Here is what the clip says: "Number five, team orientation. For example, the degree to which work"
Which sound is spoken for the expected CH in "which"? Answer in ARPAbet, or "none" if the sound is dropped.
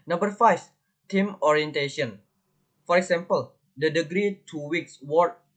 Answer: S